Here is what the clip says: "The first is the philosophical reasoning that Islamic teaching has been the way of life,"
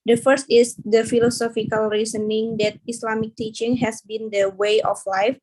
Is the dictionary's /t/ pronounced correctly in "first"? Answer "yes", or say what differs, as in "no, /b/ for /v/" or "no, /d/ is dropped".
yes